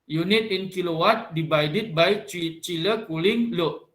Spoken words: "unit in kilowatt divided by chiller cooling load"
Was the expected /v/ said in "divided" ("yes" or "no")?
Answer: no